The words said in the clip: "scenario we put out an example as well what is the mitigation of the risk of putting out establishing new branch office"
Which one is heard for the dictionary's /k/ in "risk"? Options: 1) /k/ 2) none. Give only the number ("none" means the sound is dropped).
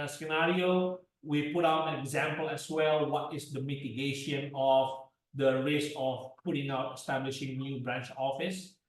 2